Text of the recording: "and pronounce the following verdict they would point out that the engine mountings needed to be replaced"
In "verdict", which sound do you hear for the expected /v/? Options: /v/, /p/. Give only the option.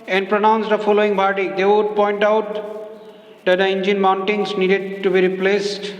/p/